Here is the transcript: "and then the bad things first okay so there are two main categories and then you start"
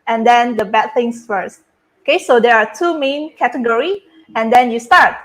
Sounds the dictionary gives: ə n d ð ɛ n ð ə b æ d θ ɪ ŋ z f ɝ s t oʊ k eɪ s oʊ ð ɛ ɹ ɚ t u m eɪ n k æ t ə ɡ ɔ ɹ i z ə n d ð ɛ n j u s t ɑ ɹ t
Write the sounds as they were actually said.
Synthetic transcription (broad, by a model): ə n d ɛ n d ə b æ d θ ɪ ŋ s f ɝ s t oʊ k eɪ s oʊ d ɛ ɹ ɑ t u m eɪ n k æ t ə ɡ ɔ ɹ i ə n d ɛ n j u s t ɑ ɹ t